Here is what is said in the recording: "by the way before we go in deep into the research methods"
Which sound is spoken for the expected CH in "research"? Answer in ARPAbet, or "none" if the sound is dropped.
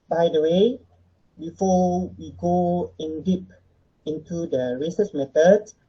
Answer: S